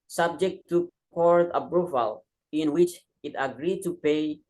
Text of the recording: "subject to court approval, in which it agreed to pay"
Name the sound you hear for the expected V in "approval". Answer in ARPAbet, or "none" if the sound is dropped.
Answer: F